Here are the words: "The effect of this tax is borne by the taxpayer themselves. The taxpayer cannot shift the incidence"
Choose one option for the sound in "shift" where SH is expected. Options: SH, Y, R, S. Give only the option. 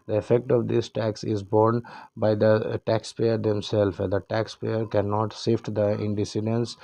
S